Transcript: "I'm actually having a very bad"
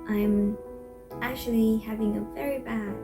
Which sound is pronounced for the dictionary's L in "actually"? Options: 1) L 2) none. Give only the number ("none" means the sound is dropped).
1